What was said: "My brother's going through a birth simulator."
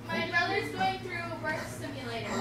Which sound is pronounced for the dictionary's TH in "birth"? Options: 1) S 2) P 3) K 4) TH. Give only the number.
1